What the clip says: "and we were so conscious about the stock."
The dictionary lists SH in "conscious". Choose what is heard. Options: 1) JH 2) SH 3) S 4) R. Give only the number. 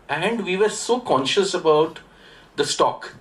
2